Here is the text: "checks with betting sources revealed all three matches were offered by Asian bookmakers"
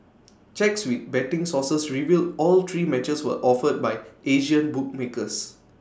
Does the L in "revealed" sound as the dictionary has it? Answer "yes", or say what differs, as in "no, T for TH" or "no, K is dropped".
yes